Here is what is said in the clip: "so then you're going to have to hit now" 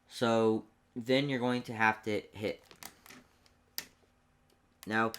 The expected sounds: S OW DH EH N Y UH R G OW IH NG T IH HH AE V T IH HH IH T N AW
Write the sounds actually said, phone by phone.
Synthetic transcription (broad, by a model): S OW DH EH N Y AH R G OW IH NG T IH HH AE F T IH HH IH T N AW